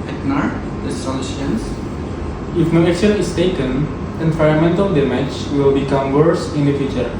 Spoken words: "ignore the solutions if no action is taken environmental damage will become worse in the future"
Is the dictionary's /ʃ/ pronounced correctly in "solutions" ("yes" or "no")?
no